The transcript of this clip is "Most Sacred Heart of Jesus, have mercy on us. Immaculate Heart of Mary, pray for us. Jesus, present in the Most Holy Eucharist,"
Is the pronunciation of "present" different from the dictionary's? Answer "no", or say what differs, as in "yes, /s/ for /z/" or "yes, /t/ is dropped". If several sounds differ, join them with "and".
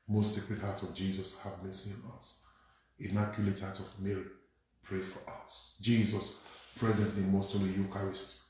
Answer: no